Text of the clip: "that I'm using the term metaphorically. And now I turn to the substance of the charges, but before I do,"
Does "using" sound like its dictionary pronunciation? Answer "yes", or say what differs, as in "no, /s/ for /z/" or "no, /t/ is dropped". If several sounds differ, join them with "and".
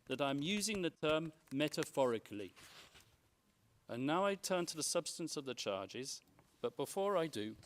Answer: yes